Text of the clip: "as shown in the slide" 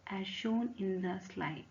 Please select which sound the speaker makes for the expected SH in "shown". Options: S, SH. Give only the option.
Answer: SH